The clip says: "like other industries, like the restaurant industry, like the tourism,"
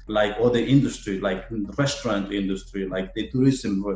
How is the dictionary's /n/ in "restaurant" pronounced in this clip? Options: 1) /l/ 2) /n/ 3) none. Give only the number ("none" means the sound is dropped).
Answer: 2